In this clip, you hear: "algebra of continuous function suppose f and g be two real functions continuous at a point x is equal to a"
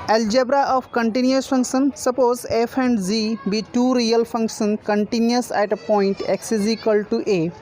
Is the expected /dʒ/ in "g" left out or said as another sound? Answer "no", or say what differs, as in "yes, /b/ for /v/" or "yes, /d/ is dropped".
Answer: yes, /z/ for /dʒ/